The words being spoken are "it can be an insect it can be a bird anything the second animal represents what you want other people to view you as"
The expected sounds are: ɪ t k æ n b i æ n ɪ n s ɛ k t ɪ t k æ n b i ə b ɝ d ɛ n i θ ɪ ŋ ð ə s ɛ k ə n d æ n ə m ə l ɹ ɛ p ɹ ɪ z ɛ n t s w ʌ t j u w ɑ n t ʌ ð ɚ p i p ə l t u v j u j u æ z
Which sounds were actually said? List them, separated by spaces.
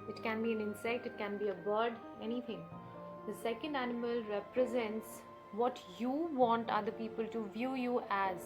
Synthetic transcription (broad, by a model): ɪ t k æ n b i æ n ɪ n s ɛ k t ɪ t k æ n b i ə b ɝ d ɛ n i t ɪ ŋ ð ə s ɛ k ə n d æ n ə m ə l ɹ ɛ p ɹ ɪ z ɛ n t s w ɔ t j u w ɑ n t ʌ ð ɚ p i p ə l t u v j u j u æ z